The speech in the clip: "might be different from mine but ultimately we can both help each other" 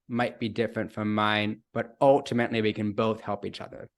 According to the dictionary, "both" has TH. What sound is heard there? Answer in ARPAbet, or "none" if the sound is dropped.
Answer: TH